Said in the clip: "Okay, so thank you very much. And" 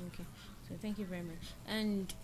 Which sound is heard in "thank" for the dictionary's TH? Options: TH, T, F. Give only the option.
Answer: TH